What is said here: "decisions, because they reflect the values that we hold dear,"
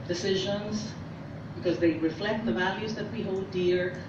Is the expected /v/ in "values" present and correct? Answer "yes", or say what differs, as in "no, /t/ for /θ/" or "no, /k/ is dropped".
yes